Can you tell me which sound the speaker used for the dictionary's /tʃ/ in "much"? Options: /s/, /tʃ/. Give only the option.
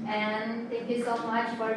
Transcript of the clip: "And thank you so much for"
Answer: /tʃ/